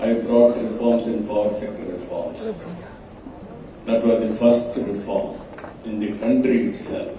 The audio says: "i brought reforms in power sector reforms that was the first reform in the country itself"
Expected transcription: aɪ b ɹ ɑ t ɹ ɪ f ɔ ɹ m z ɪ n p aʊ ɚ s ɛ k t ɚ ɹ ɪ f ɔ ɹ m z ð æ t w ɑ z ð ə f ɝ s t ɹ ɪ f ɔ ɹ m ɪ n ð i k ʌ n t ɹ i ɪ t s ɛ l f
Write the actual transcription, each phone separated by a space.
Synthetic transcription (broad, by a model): aɪ b ɹ ɑ t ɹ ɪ f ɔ ɹ m s ɪ n f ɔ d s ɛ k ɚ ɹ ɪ f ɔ ɹ m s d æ t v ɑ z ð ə f ɝ s t ɹ ɪ f ɔ ɹ m ɪ n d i k ʌ n t ɹ i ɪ t s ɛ l f